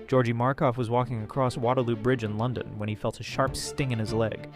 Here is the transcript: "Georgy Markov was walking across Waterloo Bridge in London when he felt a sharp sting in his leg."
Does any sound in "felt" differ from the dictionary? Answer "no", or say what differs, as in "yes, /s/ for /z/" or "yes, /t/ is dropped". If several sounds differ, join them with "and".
no